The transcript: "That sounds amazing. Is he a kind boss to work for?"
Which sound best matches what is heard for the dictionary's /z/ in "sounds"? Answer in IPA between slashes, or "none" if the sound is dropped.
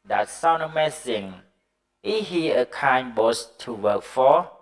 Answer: none